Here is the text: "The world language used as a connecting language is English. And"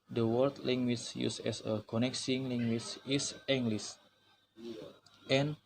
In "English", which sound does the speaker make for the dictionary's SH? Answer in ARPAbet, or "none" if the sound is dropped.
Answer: S